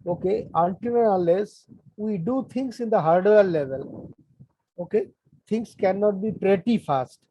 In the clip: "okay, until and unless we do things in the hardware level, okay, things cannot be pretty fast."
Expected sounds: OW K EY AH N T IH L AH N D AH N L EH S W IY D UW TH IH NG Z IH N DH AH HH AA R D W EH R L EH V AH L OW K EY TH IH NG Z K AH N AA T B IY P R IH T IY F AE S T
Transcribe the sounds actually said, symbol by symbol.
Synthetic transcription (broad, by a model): OW K EY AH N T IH N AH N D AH L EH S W IY D UW T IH NG S IH N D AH HH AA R D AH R L EH V AH L OW K EY T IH NG S K AH N AA T B IY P R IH T IY F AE S T